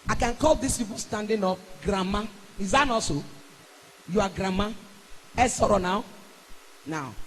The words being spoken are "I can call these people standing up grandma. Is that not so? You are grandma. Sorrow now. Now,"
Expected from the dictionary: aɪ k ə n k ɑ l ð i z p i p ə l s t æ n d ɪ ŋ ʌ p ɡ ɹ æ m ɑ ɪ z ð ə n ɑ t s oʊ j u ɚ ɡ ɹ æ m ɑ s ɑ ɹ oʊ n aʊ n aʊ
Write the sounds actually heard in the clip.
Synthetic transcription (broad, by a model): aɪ k ə n k ɑ l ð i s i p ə s t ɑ n d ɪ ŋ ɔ f ɡ ɹ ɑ m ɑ ɪ z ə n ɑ s oʊ j u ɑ ɡ ɹ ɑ m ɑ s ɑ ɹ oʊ n aʊ n aʊ